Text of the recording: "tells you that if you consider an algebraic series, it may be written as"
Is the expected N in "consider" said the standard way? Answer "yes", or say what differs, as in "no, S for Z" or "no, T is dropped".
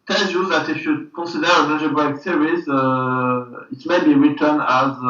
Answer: no, N is dropped